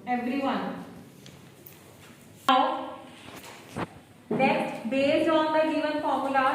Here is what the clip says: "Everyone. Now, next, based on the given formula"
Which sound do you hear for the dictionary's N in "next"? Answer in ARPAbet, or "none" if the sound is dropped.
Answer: L